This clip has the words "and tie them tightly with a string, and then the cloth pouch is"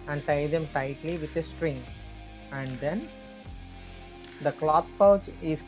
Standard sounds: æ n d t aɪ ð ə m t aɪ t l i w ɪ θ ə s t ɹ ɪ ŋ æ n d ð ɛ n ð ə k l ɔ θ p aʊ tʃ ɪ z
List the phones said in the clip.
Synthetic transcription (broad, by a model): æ n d t aɪ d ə m t aɪ t l i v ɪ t ə s t ɹ ɪ ŋ æ n d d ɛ n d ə k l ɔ t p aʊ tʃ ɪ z